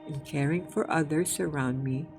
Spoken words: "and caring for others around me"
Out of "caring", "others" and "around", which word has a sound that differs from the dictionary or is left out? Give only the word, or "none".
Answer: others